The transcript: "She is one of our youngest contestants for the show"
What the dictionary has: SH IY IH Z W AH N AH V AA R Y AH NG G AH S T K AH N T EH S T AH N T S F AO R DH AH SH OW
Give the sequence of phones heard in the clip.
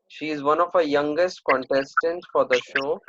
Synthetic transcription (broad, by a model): SH IY IH Z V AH N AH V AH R Y AH NG G AH S T K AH N T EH S T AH N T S F AO R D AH SH OW